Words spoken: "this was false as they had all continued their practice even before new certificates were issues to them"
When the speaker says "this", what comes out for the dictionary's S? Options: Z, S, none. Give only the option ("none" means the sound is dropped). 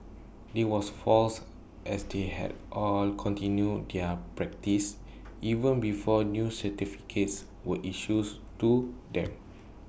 none